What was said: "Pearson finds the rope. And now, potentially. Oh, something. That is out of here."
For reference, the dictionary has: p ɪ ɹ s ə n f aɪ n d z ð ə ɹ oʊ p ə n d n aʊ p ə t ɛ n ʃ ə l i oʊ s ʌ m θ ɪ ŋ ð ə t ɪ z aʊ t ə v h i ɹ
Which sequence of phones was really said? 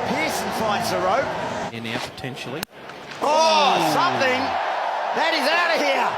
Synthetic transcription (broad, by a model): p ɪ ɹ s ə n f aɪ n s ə ɹ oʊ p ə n n aʊ p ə t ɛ n ʃ l i oʊ s ʌ m θ ɪ ŋ ð ə t ɪ z aʊ t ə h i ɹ